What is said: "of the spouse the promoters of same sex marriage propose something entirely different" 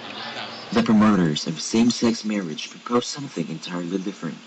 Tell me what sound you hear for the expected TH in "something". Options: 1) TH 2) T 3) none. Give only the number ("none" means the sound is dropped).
1